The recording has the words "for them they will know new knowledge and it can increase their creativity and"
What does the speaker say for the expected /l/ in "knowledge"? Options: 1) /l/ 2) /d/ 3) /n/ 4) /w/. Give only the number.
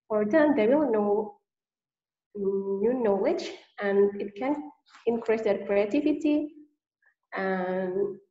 4